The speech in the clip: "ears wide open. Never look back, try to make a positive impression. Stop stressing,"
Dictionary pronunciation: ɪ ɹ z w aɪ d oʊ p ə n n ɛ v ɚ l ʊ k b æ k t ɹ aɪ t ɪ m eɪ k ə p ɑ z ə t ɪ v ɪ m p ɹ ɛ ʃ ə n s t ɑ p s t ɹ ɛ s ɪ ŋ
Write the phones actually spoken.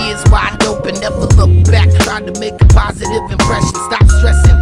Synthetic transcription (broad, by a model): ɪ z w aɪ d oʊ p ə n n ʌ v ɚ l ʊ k b æ k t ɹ aɪ t ɪ m eɪ k ə p ɑ z ə t ɪ v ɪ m p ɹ ɛ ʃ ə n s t ɑ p s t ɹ ɛ s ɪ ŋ